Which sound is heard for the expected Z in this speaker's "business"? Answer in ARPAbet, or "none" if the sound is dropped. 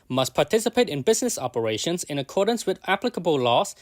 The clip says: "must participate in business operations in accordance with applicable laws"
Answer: Z